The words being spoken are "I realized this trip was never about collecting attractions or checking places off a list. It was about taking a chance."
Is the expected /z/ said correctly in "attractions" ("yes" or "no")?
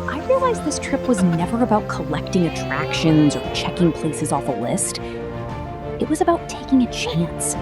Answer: yes